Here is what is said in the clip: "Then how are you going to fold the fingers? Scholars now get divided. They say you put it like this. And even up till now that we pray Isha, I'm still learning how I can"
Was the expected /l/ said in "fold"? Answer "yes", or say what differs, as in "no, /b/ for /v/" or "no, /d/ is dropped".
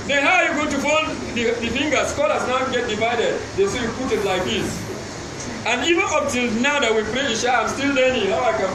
no, /n/ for /l/